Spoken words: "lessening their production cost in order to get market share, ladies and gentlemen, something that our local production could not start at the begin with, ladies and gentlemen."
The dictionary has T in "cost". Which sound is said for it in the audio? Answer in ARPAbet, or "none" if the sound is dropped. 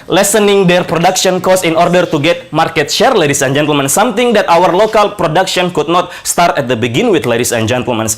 none